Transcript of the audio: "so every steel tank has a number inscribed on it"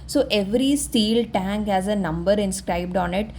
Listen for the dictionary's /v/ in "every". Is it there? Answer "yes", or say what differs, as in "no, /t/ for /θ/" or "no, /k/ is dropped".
yes